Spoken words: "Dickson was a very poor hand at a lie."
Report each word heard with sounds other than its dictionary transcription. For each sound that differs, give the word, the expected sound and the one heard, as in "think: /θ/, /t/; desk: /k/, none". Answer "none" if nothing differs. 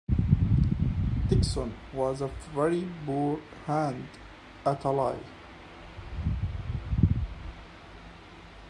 poor: /p/, /b/